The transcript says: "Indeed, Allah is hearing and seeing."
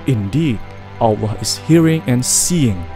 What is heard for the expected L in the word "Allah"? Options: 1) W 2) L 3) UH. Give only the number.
1